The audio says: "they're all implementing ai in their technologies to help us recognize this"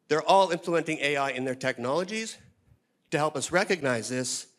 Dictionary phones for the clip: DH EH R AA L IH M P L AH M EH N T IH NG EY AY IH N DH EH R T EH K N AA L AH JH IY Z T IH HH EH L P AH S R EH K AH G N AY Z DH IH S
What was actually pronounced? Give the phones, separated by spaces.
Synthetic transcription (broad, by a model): DH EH R AA L IH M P L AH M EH N T IH NG EY AY IH N DH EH R T EH K N AA L AH JH IY Z T IH HH EH L P AH S R EH K AH G N AY Z DH IH S